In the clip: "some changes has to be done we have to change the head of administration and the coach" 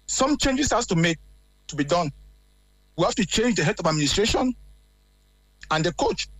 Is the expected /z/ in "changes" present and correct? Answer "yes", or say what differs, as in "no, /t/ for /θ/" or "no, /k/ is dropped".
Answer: no, /s/ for /z/